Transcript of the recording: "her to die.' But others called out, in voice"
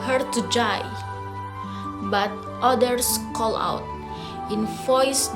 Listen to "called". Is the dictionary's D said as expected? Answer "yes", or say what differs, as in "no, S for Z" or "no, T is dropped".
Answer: no, D is dropped